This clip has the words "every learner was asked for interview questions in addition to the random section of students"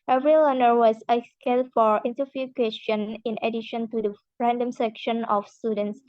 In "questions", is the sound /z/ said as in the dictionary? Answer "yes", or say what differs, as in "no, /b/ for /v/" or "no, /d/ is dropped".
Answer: no, /z/ is dropped